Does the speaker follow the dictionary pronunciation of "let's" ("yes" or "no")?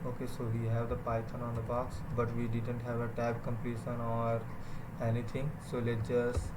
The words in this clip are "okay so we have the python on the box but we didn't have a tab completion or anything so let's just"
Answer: no